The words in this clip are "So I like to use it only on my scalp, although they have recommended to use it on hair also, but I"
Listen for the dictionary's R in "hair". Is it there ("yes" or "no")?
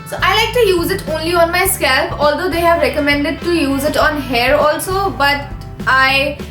yes